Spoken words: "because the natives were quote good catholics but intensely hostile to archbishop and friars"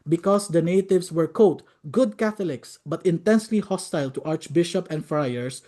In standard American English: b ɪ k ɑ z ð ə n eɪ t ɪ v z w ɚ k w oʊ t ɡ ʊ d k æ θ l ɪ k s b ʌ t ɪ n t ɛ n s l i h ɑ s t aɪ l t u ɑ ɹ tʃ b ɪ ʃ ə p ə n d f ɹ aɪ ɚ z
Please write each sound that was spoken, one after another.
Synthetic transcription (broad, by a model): b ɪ k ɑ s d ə n eɪ t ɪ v s w ɚ k oʊ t ɡ ʊ d k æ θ l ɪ k s b ʌ t ɪ n t ɛ n s l i h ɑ s t aɪ l t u ɑ ɹ tʃ b ɪ ʃ ə p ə n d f ɹ aɪ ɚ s